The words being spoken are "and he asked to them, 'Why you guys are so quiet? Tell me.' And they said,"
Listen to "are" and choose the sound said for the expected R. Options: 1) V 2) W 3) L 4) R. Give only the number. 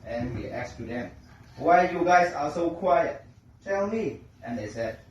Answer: 3